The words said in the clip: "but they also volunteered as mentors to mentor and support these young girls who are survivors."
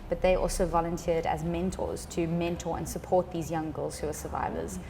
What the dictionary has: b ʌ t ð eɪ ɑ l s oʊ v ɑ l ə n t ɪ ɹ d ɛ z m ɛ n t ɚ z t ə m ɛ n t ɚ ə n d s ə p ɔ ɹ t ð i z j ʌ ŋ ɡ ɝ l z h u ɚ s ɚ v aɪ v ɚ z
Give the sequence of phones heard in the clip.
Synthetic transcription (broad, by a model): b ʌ t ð eɪ ɑ l s oʊ v ɑ l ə n t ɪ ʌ d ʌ z m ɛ n t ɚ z t ə m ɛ n t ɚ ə n s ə p ɔ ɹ t ð i z j ʌ ŋ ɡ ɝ l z h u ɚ s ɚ v aɪ v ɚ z